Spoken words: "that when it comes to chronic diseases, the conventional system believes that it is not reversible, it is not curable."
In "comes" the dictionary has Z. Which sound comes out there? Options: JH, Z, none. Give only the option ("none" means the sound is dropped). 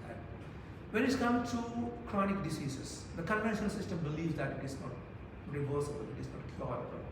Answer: none